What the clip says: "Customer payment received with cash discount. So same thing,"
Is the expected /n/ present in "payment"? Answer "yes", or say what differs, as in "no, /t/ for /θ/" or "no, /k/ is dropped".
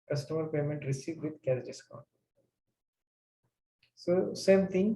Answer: yes